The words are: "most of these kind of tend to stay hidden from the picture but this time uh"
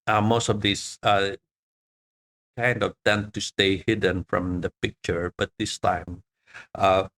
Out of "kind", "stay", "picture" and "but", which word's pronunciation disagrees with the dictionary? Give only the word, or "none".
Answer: none